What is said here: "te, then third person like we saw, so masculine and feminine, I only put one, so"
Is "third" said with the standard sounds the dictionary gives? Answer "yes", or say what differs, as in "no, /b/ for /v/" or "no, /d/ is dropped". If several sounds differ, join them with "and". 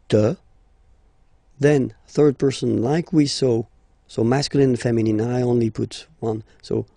yes